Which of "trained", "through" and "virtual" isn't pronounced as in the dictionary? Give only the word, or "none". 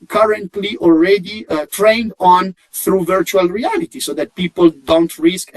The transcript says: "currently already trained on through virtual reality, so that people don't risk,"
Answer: none